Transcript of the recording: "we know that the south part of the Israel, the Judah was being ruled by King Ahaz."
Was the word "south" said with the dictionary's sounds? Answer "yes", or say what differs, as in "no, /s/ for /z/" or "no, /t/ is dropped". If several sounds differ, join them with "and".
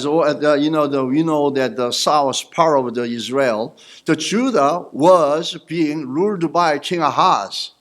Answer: no, /s/ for /θ/